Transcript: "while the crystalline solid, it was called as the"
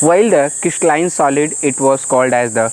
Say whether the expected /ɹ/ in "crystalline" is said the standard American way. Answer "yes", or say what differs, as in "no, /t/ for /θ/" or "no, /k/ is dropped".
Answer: no, /ɹ/ is dropped